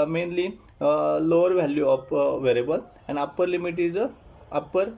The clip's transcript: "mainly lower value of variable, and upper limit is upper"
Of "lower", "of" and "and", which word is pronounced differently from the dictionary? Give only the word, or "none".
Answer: of